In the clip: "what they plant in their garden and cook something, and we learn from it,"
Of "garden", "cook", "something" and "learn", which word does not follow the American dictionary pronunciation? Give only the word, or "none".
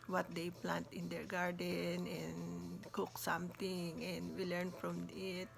something